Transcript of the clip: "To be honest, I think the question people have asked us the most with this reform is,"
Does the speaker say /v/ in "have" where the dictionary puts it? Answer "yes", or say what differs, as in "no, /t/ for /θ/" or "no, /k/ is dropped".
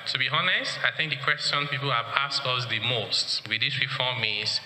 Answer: no, /p/ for /v/